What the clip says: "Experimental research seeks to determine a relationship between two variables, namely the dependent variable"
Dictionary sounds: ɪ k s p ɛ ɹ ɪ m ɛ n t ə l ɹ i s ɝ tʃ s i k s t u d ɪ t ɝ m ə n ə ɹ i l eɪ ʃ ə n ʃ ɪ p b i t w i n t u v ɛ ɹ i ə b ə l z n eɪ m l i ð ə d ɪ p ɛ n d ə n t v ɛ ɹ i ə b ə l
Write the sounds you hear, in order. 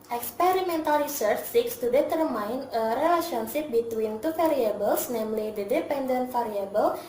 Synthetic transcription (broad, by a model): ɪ k s p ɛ ɹ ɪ m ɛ n t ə l ɹ i s ɝ tʃ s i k s t u d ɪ t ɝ m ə n ə ɹ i l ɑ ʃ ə n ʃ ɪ p b i t w i n t u f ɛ ɹ i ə b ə l s n eɪ m l i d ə d ɪ p ɛ n d ə n t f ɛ ɹ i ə b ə l